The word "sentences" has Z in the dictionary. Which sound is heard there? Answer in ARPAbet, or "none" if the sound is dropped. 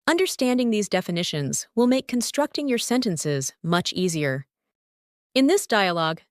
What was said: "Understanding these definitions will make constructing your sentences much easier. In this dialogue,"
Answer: Z